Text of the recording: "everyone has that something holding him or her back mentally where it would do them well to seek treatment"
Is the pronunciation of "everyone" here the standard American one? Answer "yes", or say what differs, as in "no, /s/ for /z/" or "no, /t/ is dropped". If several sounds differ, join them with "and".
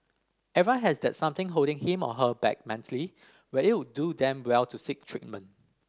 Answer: no, /ɹ/ is dropped